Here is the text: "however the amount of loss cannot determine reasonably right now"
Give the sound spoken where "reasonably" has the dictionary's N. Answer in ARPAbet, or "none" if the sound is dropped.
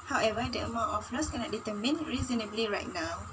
N